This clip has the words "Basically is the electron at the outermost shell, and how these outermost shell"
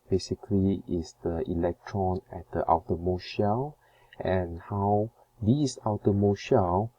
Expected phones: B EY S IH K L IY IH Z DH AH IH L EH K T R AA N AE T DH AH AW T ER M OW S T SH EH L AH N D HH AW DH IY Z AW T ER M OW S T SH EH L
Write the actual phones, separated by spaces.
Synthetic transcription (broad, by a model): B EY S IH K L IY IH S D AH IH L EH K T R AA N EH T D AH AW T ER M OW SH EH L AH N HH AW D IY S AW T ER M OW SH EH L